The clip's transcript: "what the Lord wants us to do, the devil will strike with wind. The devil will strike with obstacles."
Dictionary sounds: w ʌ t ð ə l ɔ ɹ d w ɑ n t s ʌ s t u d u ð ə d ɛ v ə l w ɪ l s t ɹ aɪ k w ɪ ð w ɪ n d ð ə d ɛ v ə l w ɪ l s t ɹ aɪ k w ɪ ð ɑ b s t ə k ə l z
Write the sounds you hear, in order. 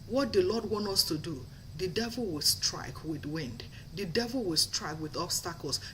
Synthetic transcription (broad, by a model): w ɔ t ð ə l ɔ d w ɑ n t ʌ s t u d u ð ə d ɛ v ə l w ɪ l s t ɹ aɪ k w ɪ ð w ɪ n d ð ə d ɛ v ə l w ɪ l s t ɹ aɪ k w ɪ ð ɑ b s t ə k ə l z